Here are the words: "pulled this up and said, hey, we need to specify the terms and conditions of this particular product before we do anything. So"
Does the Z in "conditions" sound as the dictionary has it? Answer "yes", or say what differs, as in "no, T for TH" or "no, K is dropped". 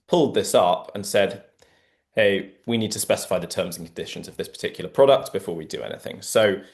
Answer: yes